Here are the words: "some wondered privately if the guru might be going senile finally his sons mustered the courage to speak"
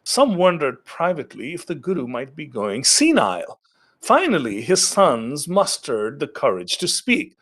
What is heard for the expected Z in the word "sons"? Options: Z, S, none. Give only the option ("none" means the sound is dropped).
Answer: Z